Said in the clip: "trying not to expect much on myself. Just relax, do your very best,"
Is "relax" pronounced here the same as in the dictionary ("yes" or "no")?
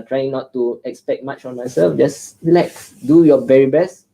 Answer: no